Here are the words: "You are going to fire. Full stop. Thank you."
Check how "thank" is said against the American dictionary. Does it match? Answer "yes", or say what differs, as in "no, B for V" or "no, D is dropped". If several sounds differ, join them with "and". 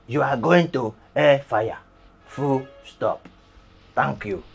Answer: no, T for TH